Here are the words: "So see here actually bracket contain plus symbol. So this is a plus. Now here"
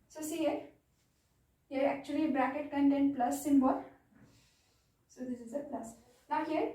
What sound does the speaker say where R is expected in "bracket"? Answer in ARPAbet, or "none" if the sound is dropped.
R